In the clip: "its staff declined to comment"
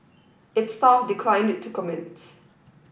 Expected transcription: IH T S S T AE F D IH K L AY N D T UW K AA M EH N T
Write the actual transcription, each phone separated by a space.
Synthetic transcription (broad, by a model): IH T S S T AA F D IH K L AY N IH T UW K AA M EH N T